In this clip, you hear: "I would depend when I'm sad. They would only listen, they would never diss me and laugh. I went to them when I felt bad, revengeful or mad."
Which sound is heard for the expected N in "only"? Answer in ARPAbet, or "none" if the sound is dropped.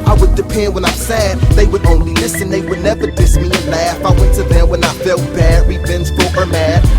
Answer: N